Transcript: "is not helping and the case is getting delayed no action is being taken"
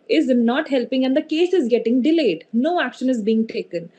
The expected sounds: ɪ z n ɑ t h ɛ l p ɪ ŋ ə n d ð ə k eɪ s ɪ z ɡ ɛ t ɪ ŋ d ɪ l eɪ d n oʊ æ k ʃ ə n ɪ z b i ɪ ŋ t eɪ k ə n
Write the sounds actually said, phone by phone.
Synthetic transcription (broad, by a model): ɪ z n ɑ t h ɛ l p ɪ ŋ ə n d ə k eɪ s ɪ z ɡ ɛ t ɪ ŋ d ɪ l eɪ d n oʊ æ k ʃ ə n ɪ z b i ɪ ŋ t eɪ k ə n